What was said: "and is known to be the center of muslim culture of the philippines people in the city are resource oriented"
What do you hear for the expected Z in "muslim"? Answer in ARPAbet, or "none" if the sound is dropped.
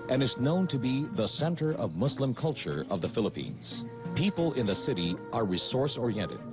S